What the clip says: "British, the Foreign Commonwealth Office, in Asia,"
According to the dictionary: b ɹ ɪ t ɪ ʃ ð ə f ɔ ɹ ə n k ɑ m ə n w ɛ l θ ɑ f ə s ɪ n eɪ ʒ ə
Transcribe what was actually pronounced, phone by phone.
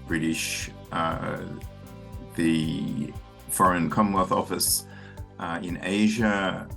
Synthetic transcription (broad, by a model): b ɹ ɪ t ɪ ʃ ð ə f ɔ ɹ ə n k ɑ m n w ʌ θ ɑ f ə s ɪ n eɪ ʒ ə